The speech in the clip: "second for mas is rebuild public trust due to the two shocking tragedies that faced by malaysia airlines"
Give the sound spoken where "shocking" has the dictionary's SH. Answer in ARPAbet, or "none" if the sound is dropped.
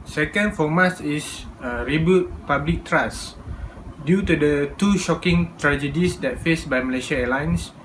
SH